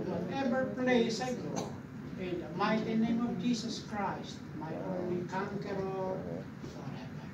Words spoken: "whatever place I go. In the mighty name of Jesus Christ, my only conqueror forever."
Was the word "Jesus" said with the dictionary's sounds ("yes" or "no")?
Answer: no